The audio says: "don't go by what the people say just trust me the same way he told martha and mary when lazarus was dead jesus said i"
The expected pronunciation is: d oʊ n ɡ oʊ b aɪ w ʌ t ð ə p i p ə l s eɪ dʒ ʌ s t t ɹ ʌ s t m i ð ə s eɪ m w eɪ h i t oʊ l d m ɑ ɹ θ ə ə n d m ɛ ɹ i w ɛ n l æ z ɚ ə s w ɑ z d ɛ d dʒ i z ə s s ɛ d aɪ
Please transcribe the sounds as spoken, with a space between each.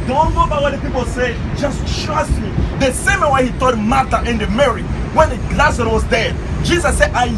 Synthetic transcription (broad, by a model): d oʊ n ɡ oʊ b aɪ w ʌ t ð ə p i p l s eɪ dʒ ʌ s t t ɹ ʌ s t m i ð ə s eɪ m w eɪ h i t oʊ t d m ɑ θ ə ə n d m ɛ ɹ i w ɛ n l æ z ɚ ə w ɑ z d ɛ d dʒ i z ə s s ɛ d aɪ